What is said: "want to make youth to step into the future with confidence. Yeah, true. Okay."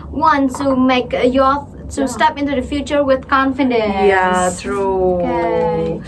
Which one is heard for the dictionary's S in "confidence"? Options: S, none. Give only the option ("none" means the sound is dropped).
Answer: none